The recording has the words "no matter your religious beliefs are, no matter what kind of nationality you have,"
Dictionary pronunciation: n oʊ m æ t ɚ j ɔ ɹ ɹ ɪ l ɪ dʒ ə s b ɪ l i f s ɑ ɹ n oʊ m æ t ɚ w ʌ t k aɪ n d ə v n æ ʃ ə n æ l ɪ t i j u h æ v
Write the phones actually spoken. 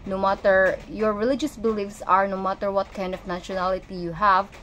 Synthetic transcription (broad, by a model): n oʊ m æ t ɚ j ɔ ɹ ɹ ɪ l ɪ dʒ ə s b ɪ l i f s ɑ ɹ n oʊ m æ t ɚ w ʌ t k aɪ n d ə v n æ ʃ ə n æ l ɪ t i j u h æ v